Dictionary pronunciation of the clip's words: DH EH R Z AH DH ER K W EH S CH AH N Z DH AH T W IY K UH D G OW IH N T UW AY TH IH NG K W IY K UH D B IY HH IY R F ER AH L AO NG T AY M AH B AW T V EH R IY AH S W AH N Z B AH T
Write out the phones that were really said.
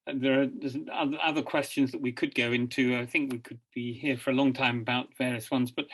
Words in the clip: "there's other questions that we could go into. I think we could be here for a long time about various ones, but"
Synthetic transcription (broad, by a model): DH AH R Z AH DH ER K W EH S CH AH N Z DH AH T W IY K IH D G OW IH N T UW AY TH IH NG K W IY K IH D B IY HH IY R F ER AH L AO NG T AY M AH B AW T V EH R IY AH S W AH N Z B AH T